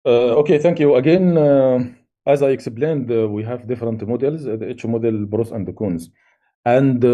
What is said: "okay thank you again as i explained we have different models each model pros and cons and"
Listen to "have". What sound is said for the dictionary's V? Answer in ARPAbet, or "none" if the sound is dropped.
V